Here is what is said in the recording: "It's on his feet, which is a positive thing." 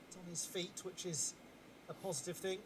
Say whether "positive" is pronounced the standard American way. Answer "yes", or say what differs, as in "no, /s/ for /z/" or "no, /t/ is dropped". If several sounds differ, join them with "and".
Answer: yes